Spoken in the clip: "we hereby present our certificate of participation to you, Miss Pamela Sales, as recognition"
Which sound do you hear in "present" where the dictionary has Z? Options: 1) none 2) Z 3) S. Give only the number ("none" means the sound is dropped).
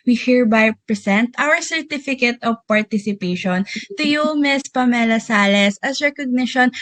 3